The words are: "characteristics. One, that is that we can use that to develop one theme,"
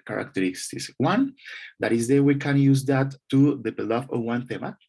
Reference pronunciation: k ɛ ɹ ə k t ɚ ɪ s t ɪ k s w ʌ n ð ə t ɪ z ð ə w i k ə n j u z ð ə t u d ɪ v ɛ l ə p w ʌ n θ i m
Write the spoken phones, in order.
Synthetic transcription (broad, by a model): k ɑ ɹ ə k t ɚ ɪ s t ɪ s w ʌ n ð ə t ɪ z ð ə w i k ə n j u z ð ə t u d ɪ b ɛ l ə f w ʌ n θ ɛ m